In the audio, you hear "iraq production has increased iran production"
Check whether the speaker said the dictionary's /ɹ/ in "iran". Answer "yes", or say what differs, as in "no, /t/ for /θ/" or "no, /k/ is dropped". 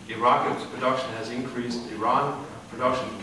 yes